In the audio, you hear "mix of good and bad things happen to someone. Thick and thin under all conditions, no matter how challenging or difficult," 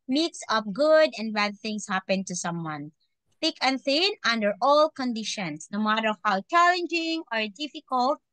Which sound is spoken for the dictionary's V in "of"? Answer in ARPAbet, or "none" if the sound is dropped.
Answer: P